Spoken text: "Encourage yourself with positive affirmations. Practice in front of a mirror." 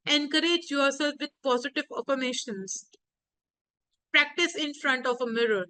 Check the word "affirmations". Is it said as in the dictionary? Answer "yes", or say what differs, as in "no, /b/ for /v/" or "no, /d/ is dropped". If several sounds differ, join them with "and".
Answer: no, /p/ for /f/